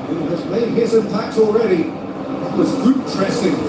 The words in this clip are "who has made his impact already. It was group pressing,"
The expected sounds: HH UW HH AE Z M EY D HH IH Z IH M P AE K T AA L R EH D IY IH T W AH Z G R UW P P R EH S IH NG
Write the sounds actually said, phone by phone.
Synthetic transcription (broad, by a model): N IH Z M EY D HH IH Z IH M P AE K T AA L R EH D IY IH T W AH Z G UW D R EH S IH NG